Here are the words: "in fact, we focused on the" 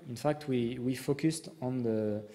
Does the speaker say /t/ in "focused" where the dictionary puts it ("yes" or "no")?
yes